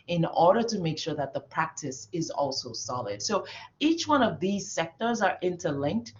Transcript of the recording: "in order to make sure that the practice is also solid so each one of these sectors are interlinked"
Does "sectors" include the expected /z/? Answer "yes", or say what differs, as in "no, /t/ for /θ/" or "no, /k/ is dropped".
yes